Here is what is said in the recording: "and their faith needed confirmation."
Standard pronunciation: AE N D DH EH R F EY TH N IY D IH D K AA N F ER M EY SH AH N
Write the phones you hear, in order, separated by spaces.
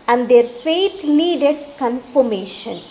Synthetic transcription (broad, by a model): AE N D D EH R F EY T N IY D IH D K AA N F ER M EY SH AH N